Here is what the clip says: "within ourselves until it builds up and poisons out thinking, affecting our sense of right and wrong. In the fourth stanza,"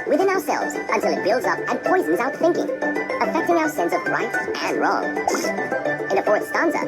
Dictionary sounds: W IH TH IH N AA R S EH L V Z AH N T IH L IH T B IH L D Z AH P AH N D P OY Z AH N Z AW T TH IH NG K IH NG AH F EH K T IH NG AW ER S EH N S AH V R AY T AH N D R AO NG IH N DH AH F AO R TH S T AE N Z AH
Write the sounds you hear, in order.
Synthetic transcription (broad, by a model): W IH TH IH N AA R S EH L V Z AH N T IH L IH T B IH L D Z AH P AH N P OY Z N Z AW T TH IH NG K IH NG AH F EH K T IH NG AW ER S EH N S AH V R AY T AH N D R AO NG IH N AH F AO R T S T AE N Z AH